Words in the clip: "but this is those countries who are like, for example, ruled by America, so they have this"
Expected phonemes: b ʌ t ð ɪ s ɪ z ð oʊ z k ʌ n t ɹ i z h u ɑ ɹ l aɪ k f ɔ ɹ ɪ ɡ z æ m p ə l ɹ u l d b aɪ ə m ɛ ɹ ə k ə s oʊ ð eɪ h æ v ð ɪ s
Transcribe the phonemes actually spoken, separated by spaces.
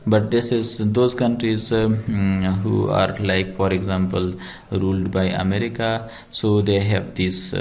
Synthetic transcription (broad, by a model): b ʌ t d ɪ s ɪ z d oʊ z k ʌ n t ɹ i z h u ɑ ɹ l aɪ k f ɔ ɹ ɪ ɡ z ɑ m p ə l ɹ u l d b aɪ ə m ɛ ɹ ə k ə s oʊ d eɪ h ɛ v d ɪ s